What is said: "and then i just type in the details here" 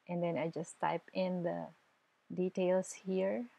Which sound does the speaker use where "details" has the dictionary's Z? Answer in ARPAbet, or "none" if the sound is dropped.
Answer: S